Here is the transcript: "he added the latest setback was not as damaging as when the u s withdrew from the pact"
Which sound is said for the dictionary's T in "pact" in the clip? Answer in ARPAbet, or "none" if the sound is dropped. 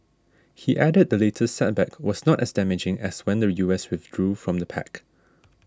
none